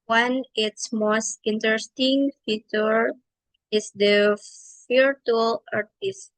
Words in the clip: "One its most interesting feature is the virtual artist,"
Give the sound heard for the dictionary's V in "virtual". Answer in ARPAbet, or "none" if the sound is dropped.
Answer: F